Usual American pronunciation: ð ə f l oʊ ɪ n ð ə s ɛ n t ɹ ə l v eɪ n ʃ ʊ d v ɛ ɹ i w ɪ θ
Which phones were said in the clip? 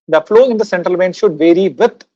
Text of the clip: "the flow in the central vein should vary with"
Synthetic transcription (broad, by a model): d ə f l oʊ ɪ n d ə s ɛ n t ɹ ə l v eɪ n ʃ ʊ d v ɛ ɹ i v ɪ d